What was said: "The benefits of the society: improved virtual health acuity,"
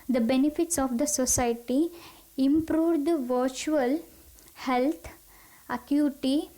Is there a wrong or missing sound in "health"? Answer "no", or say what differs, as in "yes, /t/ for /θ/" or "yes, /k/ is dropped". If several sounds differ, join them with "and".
yes, /t/ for /θ/